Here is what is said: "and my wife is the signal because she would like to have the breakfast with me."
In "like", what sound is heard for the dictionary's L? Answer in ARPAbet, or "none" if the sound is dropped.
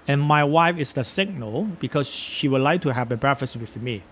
L